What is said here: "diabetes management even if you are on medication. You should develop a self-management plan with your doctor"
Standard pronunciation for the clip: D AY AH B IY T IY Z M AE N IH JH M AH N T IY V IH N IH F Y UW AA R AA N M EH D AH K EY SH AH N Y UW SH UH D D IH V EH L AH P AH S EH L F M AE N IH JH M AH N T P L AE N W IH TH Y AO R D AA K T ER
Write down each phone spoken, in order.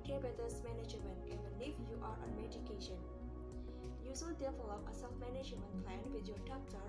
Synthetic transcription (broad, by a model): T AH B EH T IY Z M AE N IH JH M AH N T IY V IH N IH F Y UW AA R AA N M EH D AH K EY SH AH N Y UW S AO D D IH F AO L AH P AH S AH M M AE N IH JH M AH N T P L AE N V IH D Y AO R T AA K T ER